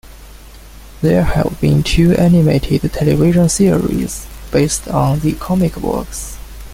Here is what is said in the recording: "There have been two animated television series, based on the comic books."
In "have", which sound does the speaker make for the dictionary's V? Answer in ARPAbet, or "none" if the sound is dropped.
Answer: V